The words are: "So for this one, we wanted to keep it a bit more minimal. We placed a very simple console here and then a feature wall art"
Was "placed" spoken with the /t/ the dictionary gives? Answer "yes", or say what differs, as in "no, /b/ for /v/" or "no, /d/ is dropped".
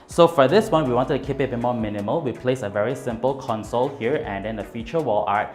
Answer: no, /t/ is dropped